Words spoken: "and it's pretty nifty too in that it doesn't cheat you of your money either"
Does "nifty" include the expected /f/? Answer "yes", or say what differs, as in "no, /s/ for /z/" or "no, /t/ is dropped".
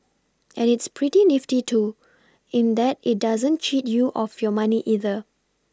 yes